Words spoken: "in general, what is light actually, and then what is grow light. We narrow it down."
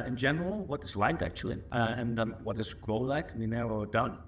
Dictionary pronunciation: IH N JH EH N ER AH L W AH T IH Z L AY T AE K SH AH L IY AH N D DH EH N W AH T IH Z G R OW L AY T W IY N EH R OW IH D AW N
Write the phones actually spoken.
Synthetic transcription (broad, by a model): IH N JH EH N ER AH L W AH T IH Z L AY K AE K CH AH L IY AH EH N W AH T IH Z G R OW L AY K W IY N EH R OW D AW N